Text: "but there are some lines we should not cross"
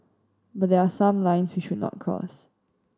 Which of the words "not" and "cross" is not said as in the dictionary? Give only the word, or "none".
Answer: cross